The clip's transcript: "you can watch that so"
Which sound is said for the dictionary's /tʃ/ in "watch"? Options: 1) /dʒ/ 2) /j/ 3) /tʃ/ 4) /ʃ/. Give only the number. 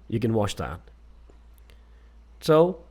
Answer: 4